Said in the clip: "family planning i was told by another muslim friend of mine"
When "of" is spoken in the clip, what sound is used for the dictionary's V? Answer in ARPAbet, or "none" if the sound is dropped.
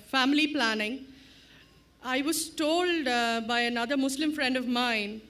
V